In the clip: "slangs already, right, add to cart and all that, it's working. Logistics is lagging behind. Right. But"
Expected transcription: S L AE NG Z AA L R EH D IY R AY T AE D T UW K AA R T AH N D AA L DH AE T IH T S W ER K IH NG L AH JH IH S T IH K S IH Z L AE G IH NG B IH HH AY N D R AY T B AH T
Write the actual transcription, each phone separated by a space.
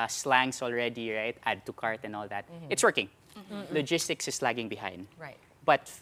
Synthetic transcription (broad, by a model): S L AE NG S AA L R EH D IY R AY T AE D T UW K AA R T AH N D AA L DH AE T IH T S W ER K IH NG L AH JH IH S T IH K S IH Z L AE G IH NG B IH HH AY N D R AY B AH T